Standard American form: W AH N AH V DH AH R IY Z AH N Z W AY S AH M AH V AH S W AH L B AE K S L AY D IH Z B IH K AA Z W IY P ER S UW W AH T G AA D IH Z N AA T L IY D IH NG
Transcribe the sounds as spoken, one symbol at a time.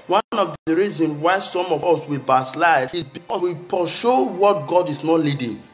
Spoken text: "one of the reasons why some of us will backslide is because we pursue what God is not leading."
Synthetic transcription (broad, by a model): W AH N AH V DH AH R IY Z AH N W AY S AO M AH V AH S W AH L B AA S L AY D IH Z B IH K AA W IY P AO SH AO W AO T G AA D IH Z N AA T L IY D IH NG